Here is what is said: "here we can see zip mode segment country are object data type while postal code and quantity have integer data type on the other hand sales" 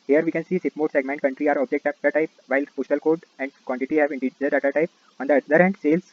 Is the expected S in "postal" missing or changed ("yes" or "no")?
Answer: yes